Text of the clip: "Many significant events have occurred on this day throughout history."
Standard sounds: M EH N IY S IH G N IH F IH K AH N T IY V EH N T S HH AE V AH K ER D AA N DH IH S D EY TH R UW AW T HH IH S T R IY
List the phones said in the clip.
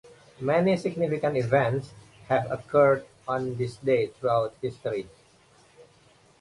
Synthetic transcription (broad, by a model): M EH N IY S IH G N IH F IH K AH N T IY V EH N T S HH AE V AH K ER D AA N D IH S D EY T R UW AW T HH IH S T R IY